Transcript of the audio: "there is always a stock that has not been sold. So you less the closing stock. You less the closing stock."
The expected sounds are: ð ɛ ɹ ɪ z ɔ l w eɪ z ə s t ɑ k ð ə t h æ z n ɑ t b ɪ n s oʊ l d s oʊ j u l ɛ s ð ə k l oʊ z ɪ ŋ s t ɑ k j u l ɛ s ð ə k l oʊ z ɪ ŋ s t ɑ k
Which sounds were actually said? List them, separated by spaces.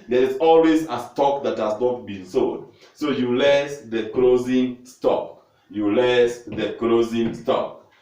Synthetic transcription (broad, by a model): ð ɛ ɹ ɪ s ɔ l w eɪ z ə s t ɑ k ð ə t h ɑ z n ɑ t b ɪ n s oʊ d s oʊ j u l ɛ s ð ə k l oʊ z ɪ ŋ s t ɑ k j u l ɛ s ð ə k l oʊ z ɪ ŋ s t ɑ k